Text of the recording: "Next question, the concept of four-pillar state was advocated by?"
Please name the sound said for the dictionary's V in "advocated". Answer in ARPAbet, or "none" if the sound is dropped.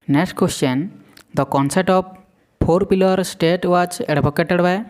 B